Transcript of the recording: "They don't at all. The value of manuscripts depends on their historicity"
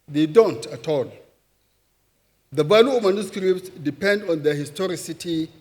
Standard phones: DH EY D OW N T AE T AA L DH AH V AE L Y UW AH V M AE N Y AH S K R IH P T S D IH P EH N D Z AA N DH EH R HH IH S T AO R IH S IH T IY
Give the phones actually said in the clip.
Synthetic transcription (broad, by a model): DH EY D OW N T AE T AA L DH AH B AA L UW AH M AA N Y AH S K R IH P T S D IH P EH N D AA N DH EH HH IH S T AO R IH S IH T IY